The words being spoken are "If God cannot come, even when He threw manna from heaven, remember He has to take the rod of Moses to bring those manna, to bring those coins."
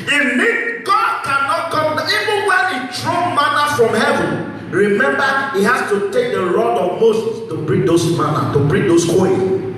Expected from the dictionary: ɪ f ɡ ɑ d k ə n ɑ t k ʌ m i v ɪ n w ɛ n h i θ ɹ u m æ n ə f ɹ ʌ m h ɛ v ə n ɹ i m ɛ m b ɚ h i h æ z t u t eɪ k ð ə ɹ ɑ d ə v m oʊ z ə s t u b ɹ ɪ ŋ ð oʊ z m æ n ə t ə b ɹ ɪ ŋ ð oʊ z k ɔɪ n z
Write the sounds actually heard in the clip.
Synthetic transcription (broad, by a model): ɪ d ɡ ɑ d k ə n ɑ t k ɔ m i v ɪ n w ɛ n h i t ɹ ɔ m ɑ n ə f ɹ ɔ m h ɛ v ə n ɹ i m ɛ m b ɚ h i h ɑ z t u t eɪ k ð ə ɹ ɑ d ə v m oʊ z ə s t u b ɹ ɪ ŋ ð oʊ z m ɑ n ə t ə b ɹ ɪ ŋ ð oʊ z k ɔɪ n